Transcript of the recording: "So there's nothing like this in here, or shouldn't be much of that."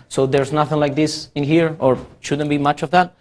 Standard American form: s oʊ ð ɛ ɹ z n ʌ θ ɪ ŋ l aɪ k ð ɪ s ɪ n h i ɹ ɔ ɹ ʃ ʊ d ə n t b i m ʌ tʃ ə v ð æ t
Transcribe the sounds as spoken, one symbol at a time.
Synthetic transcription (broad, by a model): s oʊ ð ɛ ɹ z n ʌ θ ɪ ŋ l aɪ k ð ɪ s ɪ n h i ɹ ɔ ɹ ʃ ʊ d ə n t b i m ʌ tʃ ə v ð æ t